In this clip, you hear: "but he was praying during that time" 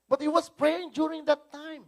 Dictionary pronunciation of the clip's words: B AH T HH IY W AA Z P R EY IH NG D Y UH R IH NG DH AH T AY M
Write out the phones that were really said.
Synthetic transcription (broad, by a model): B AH T HH IY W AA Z P R EY IH NG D Y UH R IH NG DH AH T AY M